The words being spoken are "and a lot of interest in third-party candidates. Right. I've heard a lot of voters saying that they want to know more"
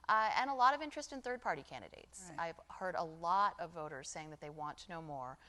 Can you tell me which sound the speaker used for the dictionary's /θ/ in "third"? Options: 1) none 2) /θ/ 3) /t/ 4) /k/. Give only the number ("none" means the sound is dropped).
2